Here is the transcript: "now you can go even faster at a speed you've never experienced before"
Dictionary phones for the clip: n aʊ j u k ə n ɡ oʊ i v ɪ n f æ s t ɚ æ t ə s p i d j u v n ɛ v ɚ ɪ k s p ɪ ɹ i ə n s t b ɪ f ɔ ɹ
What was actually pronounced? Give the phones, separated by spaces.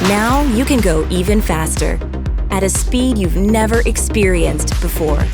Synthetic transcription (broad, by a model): n aʊ j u k ə n ɡ oʊ i v ɪ n f æ s t ɚ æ t ə s p i d j u v n ɛ v ɚ ɪ k s p ɪ ɹ i ə n s t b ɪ f ɔ ɹ